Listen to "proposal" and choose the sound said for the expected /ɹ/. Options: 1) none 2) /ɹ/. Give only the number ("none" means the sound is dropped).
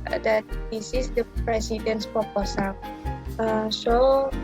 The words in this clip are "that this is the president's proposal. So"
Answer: 1